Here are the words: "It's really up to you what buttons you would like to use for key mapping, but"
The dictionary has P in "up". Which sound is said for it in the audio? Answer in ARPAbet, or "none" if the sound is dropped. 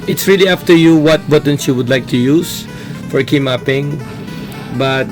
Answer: F